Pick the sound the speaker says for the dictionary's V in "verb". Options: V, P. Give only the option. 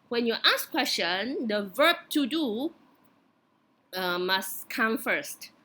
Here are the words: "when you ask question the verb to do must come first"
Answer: V